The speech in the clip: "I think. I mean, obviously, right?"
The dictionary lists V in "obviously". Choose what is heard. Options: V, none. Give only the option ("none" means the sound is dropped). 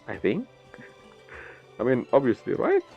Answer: V